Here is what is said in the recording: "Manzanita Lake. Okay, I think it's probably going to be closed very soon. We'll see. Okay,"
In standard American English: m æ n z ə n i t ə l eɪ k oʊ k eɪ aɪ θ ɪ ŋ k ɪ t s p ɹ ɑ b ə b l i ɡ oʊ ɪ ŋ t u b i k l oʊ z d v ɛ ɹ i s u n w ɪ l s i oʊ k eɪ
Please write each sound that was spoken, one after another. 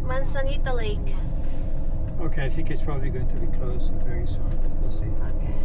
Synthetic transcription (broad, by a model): m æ n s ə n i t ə l eɪ k oʊ k eɪ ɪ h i k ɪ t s p ɹ ɑ b ə b l i ɡ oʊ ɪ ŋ t u b i k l oʊ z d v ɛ ɹ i s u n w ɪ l s i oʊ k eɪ